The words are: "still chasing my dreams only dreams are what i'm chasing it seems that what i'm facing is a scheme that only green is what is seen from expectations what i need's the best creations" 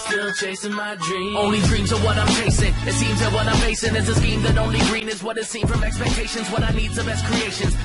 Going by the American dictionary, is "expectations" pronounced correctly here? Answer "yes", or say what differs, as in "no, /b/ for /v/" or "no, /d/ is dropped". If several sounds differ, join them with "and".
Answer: yes